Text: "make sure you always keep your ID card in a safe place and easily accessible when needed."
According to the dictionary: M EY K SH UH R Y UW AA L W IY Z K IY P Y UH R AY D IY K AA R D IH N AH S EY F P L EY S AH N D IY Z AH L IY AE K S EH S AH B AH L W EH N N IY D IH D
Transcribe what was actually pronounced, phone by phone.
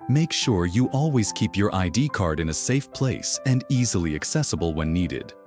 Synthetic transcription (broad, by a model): M EY K SH UH R Y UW AA L W IY Z K IY P Y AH R AY D IY K AA R D IH N AH S EY F P L EY S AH N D IY Z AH L IY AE K S EH S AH B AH L W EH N N IY D IH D